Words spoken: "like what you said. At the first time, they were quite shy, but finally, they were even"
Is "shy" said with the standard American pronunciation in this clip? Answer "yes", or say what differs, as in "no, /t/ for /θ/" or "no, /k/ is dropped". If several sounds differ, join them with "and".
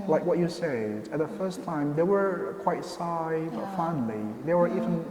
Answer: no, /s/ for /ʃ/